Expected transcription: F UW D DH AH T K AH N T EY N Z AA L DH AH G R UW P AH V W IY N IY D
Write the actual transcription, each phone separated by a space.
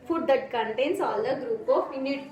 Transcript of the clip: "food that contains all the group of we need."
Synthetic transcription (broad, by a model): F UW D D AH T K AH N T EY N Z AA L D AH G R UW P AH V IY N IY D